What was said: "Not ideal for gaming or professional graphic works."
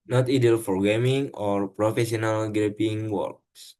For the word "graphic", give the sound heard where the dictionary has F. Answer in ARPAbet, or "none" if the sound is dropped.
P